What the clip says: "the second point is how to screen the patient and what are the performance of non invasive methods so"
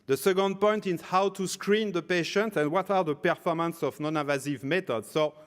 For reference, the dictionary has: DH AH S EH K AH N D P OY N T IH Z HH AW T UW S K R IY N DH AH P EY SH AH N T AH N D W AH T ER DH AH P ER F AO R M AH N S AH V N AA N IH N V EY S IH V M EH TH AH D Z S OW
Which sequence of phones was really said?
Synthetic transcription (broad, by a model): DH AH S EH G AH N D P OY N T IH Z HH AW T UW S K R IY N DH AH P EY SH AH N T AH N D W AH T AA DH AH P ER F AO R M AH N S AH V N AA N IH V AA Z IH V M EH T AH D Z S OW